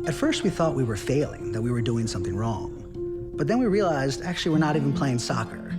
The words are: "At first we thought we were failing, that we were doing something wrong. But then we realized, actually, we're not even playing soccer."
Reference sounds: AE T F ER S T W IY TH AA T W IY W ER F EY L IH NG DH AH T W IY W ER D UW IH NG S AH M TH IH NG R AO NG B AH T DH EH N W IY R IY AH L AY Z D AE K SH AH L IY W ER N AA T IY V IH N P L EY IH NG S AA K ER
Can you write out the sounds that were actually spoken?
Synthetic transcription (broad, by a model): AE T F ER S T W IY TH AA T W IY W ER F EY L IH NG DH AH T W IY W ER D UW IH NG S AH M TH IH NG R AO NG B AH T DH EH N W IY R IY AH L AY Z D AE K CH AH L IY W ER N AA T IY V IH N P L EY IH NG S AA K ER